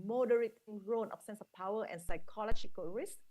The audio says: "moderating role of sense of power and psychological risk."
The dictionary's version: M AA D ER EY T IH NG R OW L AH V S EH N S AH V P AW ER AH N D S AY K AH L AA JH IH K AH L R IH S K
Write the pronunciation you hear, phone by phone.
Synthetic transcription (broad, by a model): M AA D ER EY T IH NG R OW N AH F S EH N S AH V P AW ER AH N S AY K AH L AA JH IH K AH L R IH S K